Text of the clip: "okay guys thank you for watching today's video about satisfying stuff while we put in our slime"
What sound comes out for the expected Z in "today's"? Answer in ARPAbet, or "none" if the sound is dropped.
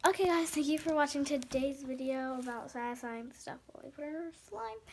Z